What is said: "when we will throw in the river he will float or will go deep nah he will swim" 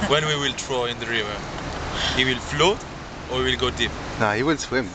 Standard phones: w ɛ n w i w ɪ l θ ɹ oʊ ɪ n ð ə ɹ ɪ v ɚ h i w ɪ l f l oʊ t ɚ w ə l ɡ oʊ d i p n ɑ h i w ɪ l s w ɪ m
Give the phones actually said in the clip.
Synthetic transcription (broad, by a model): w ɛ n w i w ɪ l t ɹ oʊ ɪ n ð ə ɹ ɪ v ɚ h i w ɪ l f l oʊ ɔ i w ə l ɡ oʊ d i p n ɑ h i w ɪ l s w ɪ m